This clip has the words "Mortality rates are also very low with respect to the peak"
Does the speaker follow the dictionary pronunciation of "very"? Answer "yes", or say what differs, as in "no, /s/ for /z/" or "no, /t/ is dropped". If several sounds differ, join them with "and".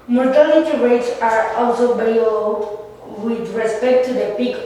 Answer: no, /b/ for /v/ and /l/ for /ɹ/